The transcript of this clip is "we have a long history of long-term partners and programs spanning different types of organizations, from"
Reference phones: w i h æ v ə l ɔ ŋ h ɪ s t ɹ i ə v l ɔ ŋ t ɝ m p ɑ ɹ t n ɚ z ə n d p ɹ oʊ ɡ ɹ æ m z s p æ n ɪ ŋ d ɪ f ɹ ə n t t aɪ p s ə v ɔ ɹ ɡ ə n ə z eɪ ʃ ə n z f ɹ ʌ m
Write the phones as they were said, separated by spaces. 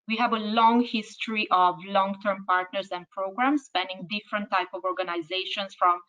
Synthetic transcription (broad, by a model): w i h æ v ə l ɔ ŋ h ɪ s t ɹ i ə v l ɔ ŋ t ɝ m p ɑ ɹ t n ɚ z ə n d p ɹ oʊ ɡ ɹ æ m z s p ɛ n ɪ ŋ d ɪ f ɹ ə n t t aɪ p ə v ɔ ɹ ɡ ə n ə z eɪ ʃ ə n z f ɹ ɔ m